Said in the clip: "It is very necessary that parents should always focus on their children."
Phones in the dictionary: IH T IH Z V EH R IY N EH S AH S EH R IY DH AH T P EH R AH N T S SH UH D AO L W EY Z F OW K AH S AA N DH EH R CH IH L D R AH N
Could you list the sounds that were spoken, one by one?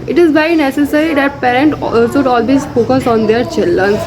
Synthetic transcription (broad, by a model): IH T IH Z B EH IY N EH S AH S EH R IY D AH T P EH R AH N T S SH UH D AO L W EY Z F OW K AH S AA N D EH R CH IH L D R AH N